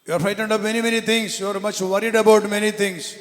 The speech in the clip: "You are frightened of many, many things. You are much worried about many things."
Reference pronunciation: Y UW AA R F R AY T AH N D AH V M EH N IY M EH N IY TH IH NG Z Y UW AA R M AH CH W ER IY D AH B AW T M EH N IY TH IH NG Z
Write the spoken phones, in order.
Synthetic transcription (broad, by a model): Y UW AA R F AY T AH N D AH P M EH N IY M EH N IY T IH NG S Y UW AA R M AH CH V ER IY D AH B AW T M EH N IY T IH NG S